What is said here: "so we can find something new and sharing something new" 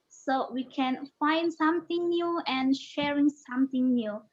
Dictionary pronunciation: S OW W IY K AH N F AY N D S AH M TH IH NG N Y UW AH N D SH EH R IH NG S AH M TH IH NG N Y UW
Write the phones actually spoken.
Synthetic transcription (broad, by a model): S OW W IY K AH N F AY N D S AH M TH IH NG N Y UW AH N SH EH R IH NG S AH M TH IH NG N Y UW